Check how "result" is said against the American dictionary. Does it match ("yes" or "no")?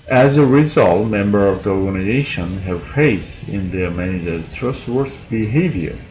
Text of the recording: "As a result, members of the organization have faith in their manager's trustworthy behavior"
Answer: yes